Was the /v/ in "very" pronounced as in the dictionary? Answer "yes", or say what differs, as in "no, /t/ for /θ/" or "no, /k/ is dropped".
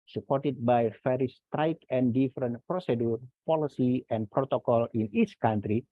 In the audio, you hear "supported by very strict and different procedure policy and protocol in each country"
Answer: no, /f/ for /v/